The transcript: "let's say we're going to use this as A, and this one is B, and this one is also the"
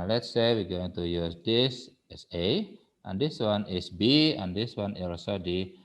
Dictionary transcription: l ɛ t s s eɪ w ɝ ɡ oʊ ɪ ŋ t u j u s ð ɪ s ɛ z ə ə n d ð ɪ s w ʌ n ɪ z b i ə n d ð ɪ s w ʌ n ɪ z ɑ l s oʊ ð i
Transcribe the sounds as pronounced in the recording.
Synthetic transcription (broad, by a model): l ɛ t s s eɪ w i ɡ oʊ ɪ ŋ t u j u s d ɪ s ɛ s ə ə n d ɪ s w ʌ n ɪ s b i ə n d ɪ s w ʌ n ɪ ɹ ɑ s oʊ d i